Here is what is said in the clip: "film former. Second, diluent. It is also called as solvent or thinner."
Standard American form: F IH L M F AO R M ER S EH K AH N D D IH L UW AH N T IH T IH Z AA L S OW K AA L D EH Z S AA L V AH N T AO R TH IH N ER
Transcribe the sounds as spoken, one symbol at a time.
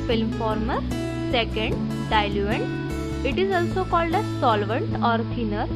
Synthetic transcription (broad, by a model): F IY L M F AO R M ER S EH K AH N D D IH L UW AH N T IH T IH Z AA L S OW K AA L D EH S AA L V AH N T AO R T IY N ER